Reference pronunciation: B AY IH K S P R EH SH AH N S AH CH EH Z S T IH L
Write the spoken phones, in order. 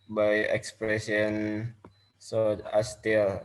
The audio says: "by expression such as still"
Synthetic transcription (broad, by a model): B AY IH K S P R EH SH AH N S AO AA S T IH L